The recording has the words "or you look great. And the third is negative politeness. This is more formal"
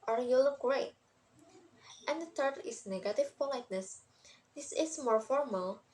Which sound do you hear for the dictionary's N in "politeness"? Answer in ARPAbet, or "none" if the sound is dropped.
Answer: N